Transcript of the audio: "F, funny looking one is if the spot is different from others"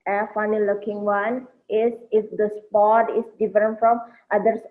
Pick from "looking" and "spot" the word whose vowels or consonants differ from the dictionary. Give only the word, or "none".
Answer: none